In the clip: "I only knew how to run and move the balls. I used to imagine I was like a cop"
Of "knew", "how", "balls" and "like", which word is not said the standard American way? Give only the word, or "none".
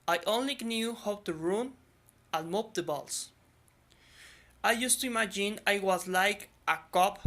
balls